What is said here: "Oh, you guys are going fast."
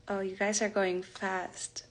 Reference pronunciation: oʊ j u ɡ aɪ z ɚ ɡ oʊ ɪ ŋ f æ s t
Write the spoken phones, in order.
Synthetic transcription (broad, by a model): oʊ j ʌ ɡ aɪ z ɚ ɡ oʊ ɪ ŋ f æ s t